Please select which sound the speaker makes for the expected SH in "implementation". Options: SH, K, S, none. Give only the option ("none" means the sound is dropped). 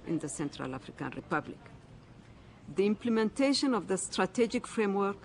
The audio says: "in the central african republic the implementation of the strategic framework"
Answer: SH